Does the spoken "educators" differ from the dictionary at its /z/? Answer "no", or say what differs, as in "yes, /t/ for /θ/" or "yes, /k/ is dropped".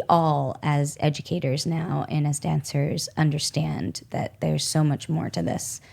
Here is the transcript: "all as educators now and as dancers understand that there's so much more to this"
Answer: no